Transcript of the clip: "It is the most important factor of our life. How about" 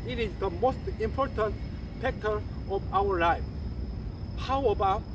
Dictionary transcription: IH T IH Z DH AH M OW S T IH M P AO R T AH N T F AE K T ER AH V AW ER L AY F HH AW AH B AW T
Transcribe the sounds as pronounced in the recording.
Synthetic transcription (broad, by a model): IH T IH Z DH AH M OW S T IH M P AO R T AH N T P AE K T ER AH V AW ER L AY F HH AW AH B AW